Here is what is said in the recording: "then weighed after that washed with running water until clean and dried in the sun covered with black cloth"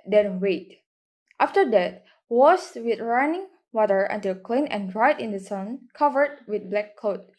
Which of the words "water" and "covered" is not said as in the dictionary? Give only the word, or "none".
none